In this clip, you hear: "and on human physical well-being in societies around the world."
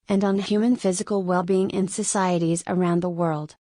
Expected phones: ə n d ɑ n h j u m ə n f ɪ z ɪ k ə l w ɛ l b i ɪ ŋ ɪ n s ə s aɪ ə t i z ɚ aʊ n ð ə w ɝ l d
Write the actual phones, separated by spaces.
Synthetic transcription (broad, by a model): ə n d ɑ n h j u m ə n f ɪ z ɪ k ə l w ɛ l b i ɪ ŋ ɪ n s ə s aɪ ə t i z ɚ aʊ n ð ə w ɝ l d